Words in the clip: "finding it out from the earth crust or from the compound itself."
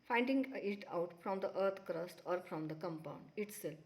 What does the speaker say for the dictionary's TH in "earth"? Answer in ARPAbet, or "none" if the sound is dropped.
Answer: T